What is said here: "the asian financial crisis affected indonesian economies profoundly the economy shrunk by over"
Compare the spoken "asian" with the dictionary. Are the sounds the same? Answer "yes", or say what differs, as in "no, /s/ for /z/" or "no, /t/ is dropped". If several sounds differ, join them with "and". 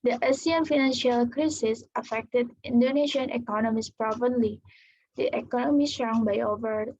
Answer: no, /s/ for /ʒ/